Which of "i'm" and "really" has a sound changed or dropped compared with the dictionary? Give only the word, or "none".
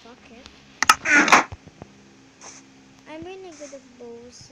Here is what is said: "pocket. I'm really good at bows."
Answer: really